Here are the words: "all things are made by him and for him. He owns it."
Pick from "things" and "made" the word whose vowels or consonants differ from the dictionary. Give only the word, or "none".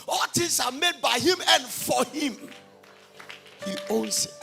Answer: things